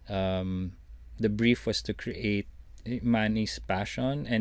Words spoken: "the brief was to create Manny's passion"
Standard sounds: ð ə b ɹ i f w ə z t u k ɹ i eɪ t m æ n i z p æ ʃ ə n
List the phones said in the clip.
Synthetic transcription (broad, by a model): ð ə b ɹ i f w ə s t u k ɹ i eɪ t m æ n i s p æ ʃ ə n